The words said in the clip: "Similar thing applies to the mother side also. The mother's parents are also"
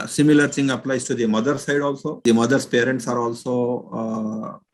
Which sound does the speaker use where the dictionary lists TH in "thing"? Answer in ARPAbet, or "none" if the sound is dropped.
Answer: S